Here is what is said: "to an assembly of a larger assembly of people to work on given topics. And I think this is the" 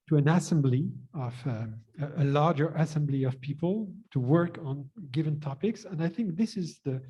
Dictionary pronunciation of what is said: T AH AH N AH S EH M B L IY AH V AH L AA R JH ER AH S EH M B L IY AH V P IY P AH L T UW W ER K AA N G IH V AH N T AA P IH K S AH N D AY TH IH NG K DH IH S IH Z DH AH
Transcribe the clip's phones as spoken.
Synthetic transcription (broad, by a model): T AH AH N AH S EH M B L IY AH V AH L AA R JH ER AH S EH M B L IY AH V P IY P AH L T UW W ER K N G IH V AH N T AA P IH K S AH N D AY TH IH NG K DH IH S IH Z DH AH